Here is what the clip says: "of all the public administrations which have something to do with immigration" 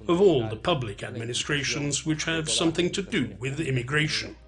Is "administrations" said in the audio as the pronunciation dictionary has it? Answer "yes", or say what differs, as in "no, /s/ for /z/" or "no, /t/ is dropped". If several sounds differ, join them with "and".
yes